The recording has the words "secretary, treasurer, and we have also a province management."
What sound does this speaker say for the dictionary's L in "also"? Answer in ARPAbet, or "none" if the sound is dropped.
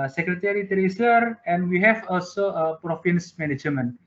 L